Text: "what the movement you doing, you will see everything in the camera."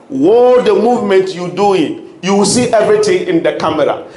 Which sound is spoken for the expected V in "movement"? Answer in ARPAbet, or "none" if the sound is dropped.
V